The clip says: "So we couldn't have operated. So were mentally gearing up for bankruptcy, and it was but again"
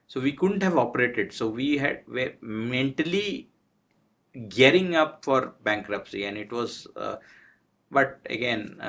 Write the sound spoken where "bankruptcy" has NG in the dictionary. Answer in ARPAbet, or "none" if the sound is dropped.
NG